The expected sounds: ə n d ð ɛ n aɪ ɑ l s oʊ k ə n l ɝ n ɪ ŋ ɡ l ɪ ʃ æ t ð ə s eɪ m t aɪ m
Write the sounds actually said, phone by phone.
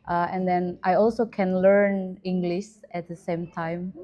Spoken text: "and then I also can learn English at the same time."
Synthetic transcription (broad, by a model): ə n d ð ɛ n aɪ ɑ l s oʊ k ə n l ɝ n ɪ ŋ ɡ l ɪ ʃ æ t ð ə s eɪ m t aɪ m